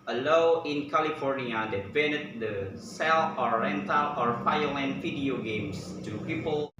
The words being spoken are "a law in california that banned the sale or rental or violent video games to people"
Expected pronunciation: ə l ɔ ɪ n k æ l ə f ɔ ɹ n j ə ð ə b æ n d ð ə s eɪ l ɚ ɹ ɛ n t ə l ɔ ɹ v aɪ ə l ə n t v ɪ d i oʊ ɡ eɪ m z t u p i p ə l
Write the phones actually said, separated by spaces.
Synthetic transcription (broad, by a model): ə l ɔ ɪ n k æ l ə f ɔ ɹ n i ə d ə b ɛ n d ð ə s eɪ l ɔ ɹ ɛ n t ə l ɔ ɹ f aɪ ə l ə n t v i d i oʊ ɡ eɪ m s t u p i p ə l